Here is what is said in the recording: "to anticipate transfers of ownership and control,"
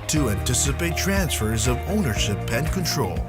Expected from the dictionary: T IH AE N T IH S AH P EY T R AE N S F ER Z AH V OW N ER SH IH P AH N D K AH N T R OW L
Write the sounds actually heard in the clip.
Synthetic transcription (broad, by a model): T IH AE N T IH S AH P EY T R AE N S F ER Z AH V OW N ER SH IH P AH N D K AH N T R OW L